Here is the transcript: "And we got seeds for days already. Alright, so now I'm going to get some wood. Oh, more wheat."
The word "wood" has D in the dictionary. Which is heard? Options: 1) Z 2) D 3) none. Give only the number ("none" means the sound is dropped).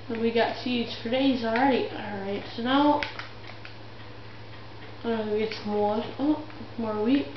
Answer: 3